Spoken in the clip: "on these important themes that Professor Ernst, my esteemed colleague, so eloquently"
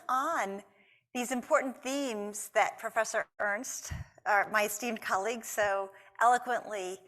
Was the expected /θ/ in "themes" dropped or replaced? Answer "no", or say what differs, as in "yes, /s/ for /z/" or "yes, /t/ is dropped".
no